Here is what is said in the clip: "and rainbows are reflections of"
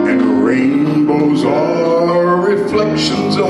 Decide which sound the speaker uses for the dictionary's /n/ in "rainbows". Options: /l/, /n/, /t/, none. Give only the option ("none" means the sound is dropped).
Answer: /n/